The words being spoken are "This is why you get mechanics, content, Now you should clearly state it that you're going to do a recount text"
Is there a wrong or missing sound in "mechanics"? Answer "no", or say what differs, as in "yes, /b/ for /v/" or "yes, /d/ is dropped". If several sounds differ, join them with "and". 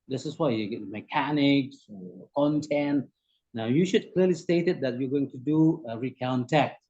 no